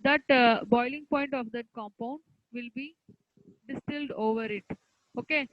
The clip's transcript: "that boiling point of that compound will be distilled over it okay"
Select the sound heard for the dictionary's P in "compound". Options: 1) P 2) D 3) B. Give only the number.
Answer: 1